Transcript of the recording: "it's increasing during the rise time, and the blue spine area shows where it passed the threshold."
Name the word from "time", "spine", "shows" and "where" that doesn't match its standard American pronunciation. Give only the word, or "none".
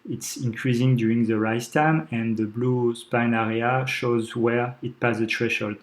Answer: none